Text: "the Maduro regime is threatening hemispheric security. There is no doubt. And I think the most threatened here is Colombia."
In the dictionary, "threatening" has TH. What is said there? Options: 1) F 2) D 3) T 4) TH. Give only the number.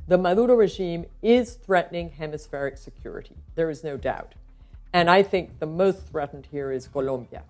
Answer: 4